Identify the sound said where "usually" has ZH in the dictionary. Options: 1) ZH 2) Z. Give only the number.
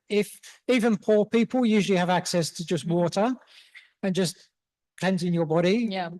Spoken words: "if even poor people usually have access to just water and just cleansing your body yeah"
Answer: 1